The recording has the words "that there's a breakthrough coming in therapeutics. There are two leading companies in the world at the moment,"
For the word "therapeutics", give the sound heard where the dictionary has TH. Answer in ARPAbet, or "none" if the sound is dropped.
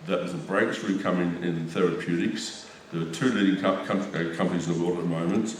TH